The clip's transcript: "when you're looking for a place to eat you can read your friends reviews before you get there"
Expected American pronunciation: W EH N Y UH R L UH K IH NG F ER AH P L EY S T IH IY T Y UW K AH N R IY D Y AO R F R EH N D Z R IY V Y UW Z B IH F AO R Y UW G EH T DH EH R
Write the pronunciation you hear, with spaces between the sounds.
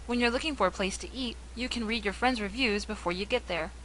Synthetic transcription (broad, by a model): W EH N Y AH R L UH K IH NG F ER AH P L EY S T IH IY T Y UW K AH N R IY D Y AO R F R EH N D Z R IY V Y UW Z B IH F AO R Y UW G EH T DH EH R